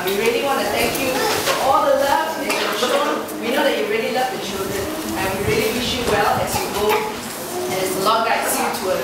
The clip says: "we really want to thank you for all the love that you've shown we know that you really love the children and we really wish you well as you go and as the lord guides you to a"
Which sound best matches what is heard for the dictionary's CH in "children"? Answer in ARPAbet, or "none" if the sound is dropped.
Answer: SH